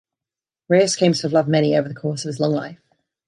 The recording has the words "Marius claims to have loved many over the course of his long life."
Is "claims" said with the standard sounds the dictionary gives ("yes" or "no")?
no